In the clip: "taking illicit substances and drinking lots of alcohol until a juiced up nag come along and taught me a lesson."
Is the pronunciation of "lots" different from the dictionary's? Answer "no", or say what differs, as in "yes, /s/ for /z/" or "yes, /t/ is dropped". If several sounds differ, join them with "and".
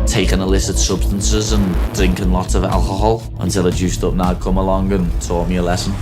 yes, /s/ is dropped